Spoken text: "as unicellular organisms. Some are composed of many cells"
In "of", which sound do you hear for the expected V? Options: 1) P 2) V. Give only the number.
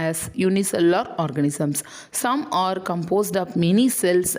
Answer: 1